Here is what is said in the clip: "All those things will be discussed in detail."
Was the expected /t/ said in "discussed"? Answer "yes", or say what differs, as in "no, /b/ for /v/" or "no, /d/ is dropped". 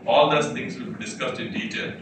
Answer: yes